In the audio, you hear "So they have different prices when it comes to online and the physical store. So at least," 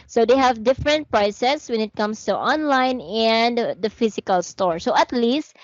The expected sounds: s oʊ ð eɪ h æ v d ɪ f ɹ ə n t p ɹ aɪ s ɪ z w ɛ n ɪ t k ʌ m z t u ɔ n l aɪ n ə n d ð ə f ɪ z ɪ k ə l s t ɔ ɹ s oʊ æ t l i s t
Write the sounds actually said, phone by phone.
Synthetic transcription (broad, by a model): s oʊ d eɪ h æ v d ɪ f ɹ ə n t p ɹ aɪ s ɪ s w ɛ n ɪ t k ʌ m s t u ɔ n l aɪ n ə n d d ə f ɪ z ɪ k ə l s t ɔ ɹ s oʊ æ t l i s t